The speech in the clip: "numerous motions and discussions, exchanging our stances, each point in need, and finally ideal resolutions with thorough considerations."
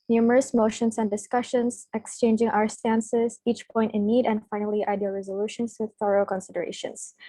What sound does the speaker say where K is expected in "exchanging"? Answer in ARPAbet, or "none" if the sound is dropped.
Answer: K